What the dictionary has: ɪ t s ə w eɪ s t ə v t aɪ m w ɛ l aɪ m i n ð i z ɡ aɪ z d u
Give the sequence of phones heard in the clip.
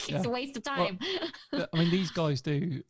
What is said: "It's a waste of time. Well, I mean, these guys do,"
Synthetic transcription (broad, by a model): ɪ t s ə w eɪ s t ə v t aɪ m aɪ m i n ð i z ɡ aɪ z d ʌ